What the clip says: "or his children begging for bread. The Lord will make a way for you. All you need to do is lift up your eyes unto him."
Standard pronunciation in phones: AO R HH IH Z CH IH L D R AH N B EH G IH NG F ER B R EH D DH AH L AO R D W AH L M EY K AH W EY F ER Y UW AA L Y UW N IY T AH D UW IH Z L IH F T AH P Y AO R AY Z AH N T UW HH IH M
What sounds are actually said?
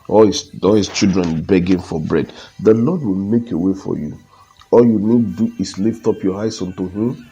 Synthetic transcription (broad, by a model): AO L HH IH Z CH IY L D R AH N B EH G IH NG F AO B R EH D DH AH L AO D W AH L M EY K AH W EY F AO Y UW AA L Y UW N IY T D UW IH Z L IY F T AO P Y AO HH AY S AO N T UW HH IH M